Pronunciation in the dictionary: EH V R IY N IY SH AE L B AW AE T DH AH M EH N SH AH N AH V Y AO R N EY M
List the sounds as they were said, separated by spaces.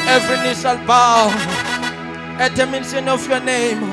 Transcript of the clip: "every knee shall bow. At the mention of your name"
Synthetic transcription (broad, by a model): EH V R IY N IY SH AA L B AW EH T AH M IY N S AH N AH F Y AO N EY M